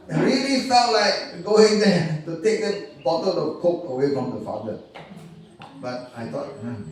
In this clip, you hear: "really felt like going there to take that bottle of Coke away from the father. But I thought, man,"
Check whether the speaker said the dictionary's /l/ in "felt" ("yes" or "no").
no